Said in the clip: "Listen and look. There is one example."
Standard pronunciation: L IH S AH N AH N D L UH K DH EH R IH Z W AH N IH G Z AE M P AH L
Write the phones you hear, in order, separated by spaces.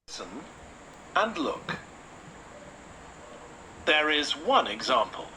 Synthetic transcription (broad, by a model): S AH N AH N L UH K DH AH R IH Z W AH N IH G Z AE M P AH L